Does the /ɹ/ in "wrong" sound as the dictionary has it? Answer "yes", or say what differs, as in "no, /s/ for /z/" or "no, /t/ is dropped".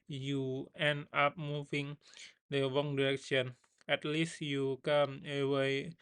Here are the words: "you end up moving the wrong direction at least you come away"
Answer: no, /w/ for /ɹ/